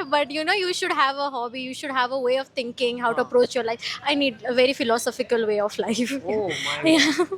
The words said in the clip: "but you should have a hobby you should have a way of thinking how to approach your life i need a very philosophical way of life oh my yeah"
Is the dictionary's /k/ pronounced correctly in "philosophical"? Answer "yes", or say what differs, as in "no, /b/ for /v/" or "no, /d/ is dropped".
yes